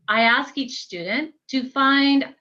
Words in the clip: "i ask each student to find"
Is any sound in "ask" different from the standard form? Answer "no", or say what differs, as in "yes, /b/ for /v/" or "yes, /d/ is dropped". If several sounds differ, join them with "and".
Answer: no